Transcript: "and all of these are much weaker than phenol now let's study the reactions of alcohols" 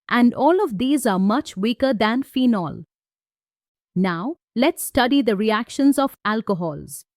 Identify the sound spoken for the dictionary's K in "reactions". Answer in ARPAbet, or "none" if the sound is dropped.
K